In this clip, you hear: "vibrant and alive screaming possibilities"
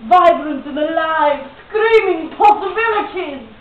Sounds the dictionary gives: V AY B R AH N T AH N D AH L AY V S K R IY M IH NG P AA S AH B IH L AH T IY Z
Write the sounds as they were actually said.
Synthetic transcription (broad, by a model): V AY B R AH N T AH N AH L AY V S K R IY M IH NG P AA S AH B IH L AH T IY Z